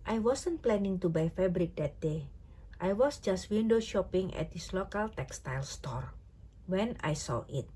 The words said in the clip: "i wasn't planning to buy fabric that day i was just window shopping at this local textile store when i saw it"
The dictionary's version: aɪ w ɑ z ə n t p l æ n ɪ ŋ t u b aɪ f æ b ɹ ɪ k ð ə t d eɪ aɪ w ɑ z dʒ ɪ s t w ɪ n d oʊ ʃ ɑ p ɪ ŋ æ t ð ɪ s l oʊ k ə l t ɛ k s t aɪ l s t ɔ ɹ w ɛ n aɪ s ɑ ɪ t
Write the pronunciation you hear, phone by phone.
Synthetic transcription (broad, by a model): aɪ w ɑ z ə n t p l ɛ n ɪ ŋ t u b aɪ f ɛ b ɹ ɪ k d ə t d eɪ aɪ w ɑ s dʒ ɪ s t w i n d oʊ ʃ ɑ p ɪ ŋ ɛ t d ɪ s l oʊ k ə l t ɛ k s t aɪ l s t ɔ ɹ w ɛ n aɪ s ɑ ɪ t